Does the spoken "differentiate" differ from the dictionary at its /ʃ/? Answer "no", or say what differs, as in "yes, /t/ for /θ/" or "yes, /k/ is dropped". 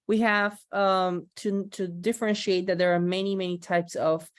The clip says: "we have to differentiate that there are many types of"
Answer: no